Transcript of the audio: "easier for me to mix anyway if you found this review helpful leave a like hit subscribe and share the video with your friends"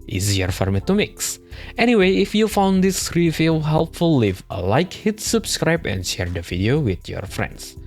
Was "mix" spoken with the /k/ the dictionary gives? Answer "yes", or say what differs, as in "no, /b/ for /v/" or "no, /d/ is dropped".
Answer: yes